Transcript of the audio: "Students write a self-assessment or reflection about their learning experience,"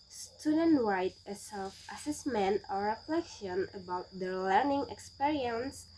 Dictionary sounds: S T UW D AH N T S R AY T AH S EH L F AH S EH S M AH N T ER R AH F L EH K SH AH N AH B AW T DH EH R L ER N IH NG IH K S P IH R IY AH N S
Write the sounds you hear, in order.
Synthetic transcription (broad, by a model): S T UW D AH N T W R AY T AH S EH L F AH S EH S M AH N T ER R AH F L EH K SH AH N AH B AW T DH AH L ER N IH NG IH K S P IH R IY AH N S